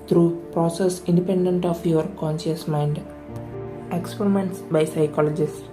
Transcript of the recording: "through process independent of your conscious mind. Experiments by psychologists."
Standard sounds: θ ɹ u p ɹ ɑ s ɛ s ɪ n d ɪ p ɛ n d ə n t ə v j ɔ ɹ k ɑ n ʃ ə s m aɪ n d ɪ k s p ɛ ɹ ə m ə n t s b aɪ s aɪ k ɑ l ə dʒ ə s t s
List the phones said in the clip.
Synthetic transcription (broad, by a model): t ɹ u p ɹ ɑ s ɛ s ɪ n d ɪ p ɛ n d ə n t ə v j ɔ ɹ k ɑ n ʃ ə s m aɪ n d ɪ k s p ɛ ɹ ə m ə n t s b aɪ s aɪ k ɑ l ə dʒ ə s s